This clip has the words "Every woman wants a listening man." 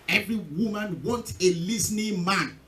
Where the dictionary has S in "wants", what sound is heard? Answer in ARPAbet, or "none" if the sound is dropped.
none